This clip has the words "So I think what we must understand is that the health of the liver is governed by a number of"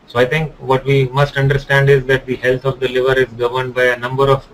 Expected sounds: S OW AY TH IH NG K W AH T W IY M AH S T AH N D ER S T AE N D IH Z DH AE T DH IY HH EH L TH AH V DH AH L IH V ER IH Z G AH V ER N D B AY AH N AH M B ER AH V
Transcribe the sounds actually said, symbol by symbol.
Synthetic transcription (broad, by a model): S OW AY T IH NG K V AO T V IY M AH S T AH N D ER S T AE N D IH Z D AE T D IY HH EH L T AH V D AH L IH V ER IH Z G AH V ER N D B AY AH N AH M B ER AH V